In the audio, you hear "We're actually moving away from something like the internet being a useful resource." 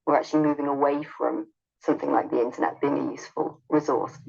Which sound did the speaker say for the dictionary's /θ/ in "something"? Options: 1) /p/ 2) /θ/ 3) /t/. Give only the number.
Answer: 2